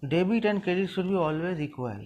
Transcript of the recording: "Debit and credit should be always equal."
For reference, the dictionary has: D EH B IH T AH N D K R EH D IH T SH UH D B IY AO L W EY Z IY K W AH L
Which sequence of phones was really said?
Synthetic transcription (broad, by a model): D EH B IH T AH N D K EH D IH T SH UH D B IY AO L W EY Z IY K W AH L